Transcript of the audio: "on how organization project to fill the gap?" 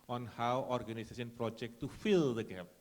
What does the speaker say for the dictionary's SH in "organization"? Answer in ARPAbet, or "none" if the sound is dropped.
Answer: S